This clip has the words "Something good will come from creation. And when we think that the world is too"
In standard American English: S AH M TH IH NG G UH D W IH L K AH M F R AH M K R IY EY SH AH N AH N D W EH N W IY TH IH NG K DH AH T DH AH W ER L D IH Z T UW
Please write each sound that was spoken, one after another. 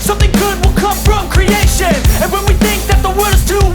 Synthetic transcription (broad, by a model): S AH M TH IH NG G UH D W IH L K AH M F R AH M K R IY EY SH AH N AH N W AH N W IY TH IH NG K DH AH T DH AH W ER D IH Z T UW